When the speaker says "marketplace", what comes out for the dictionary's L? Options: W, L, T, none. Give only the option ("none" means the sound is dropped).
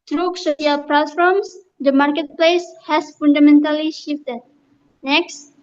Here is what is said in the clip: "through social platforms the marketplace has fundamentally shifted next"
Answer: L